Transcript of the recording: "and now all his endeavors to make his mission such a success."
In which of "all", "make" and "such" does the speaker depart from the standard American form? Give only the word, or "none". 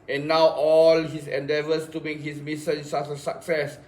such